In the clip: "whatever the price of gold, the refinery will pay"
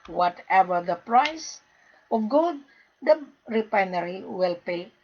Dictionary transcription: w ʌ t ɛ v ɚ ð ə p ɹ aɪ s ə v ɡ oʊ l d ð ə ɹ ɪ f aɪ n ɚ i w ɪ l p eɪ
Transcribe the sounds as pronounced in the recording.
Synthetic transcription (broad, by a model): w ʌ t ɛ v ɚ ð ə p ɹ aɪ s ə ɡ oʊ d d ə ɹ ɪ p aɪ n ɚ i w ɪ l p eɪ